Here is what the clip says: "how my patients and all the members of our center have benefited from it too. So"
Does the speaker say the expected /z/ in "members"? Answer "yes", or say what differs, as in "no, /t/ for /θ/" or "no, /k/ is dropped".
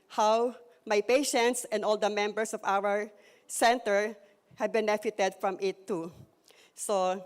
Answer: no, /s/ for /z/